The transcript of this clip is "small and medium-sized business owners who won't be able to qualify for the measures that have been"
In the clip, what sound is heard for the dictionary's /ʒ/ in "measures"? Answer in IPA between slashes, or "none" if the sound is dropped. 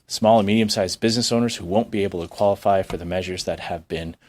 /ʒ/